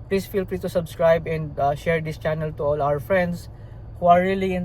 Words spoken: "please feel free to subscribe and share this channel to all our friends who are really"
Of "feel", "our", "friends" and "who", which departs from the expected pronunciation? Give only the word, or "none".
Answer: friends